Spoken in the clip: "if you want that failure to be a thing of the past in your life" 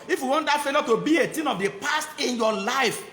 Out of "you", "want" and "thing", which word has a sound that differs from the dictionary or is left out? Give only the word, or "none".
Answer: thing